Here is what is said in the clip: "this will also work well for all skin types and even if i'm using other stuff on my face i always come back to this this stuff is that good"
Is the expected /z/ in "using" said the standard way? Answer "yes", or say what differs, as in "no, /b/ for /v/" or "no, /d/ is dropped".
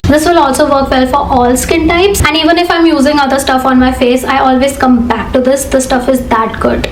yes